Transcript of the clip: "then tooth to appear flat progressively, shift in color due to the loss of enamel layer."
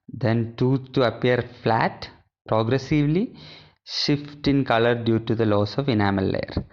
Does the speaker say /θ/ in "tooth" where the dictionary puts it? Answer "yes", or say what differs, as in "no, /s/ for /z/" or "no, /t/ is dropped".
no, /s/ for /θ/